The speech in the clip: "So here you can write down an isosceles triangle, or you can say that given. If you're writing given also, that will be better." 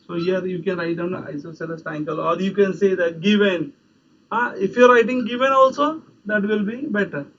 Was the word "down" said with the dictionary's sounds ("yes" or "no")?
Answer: no